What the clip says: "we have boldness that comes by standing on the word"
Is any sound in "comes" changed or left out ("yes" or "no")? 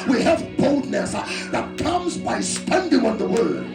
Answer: no